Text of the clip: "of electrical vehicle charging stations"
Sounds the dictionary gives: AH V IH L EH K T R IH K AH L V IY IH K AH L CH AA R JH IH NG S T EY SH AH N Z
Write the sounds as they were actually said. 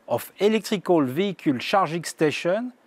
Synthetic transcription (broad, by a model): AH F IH L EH K T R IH K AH L V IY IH K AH L SH AA R ZH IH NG S T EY SH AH N